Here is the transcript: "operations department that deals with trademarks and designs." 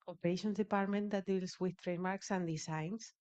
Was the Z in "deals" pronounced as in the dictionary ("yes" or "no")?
no